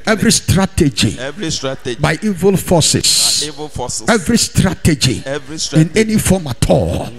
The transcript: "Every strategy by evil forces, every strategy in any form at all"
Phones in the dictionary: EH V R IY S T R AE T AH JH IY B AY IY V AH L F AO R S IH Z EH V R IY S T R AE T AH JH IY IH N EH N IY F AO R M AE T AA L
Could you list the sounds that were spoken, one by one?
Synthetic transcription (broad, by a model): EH V R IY S T R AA T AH JH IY B AY IY V AH L F AO S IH S EH V R IY S T R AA T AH JH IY IH N EH N IY F AO M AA T AA L